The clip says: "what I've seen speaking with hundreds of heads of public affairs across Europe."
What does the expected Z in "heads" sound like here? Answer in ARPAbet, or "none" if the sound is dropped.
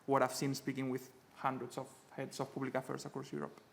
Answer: S